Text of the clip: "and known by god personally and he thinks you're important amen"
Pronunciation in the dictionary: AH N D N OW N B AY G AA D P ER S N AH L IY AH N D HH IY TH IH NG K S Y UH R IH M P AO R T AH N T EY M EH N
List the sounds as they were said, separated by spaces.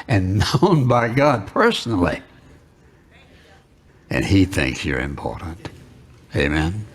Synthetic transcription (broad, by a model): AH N N OW N B AY G AA D P ER S N L IY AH N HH IY TH IH NG K S Y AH R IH M P AO R T N T EY M EH N